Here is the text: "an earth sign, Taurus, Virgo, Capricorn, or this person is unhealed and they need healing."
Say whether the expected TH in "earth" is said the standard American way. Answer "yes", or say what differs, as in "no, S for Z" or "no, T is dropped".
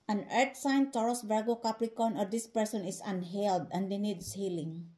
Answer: no, T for TH